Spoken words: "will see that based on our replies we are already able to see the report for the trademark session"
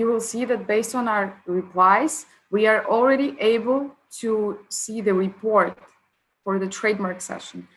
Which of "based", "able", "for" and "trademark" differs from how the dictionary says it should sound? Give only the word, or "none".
none